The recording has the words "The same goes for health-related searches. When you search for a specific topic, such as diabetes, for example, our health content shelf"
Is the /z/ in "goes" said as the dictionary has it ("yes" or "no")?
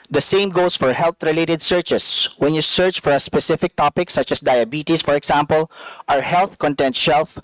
no